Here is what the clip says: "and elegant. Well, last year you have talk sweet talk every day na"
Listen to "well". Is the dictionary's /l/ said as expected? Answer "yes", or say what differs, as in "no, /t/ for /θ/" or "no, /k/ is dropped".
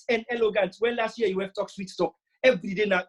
no, /n/ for /l/